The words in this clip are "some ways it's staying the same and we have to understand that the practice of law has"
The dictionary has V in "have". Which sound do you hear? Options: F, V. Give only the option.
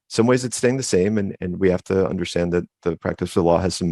F